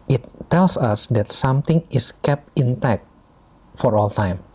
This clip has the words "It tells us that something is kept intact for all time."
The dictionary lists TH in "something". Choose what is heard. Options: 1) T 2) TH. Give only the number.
1